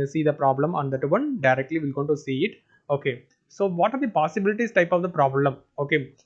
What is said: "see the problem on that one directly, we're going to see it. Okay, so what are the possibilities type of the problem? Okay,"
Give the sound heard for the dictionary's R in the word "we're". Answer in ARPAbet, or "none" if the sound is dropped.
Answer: L